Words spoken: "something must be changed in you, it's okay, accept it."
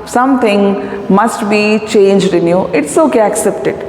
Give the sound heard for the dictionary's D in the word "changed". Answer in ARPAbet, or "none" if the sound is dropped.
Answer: D